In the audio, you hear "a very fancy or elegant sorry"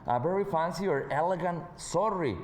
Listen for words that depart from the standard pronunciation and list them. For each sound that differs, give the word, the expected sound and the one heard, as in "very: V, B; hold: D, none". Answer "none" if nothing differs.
very: V, B